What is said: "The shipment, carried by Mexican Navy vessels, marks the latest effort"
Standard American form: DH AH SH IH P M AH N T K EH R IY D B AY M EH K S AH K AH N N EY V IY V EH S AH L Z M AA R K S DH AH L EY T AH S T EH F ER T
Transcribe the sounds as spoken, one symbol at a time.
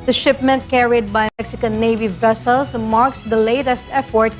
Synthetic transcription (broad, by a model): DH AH SH IH P M AH N T K EH R IY D B AY M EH K S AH K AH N N EY V IY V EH S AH L S M AA R K S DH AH L EY T AH S T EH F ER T